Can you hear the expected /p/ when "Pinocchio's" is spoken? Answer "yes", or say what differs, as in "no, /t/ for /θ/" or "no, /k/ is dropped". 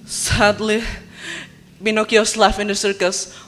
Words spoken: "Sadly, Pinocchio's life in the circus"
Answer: no, /b/ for /p/